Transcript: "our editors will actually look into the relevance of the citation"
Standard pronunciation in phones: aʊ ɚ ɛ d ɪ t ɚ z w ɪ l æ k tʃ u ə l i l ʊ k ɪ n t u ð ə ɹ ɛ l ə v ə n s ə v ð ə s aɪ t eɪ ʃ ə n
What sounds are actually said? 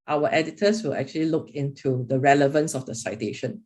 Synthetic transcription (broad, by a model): aʊ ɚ ɛ d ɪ t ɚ s w ɪ l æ k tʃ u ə l i l ʊ k ɪ n t u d ə ɹ ɛ l ə v ə n s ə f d ə s aɪ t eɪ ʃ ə n